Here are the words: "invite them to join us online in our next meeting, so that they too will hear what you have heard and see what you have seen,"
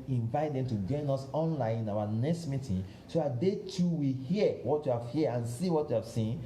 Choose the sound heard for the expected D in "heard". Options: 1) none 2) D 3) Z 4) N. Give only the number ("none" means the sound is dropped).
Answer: 1